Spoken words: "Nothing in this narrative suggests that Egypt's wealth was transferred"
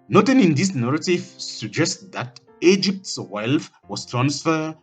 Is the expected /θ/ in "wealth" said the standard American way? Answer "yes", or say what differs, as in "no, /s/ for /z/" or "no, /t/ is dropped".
no, /f/ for /θ/